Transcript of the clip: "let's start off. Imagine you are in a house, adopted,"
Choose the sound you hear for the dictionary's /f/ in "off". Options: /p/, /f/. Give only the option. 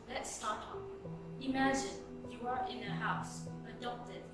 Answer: /p/